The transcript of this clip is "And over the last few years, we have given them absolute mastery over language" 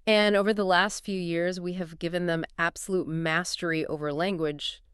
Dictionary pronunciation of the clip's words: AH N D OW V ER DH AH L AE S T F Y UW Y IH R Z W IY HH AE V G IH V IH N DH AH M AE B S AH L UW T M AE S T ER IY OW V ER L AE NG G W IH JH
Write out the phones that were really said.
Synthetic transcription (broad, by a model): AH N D OW V ER DH AH L AE S T F Y UW Y IH R Z W IY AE V G IH V IH N DH AH M AE B S AH L UW T M AE S T ER IY OW V ER L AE NG G W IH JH